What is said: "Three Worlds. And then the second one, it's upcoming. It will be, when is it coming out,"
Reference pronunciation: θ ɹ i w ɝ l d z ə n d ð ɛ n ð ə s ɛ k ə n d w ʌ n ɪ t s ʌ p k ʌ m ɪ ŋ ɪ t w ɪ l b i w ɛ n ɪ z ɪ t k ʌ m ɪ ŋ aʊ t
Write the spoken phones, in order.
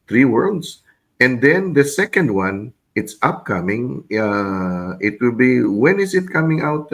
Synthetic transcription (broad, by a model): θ ɹ i w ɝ l d s ə n d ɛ n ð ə s ɛ k ə n d w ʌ n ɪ t s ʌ p k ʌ m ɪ ŋ ɪ t w ɪ l b i w ɛ n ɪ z ɪ t k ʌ m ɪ ŋ aʊ t